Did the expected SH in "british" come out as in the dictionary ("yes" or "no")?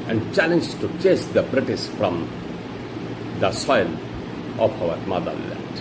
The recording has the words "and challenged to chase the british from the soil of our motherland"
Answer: no